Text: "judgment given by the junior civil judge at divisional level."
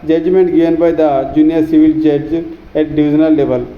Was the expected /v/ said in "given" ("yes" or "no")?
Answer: no